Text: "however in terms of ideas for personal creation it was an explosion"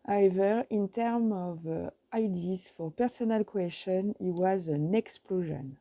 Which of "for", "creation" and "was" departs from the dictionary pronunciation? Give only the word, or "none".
creation